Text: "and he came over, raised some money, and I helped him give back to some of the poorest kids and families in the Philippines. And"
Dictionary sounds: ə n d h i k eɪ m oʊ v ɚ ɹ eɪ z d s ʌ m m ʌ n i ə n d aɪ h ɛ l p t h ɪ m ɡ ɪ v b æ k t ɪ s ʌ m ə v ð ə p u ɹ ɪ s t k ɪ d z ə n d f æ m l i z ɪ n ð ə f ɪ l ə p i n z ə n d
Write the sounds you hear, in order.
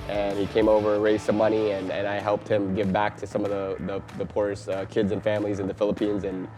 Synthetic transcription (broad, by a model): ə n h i k eɪ m oʊ v ɚ ɹ eɪ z s ʌ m m ʌ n i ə n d aɪ h ɛ l p t h ɪ m ɡ ɪ v b æ k t ɪ s ʌ m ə v ð ə p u ɹ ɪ s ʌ k ɪ d z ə n f æ m l i z ɪ n ð ə f ɪ l ə p i n z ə n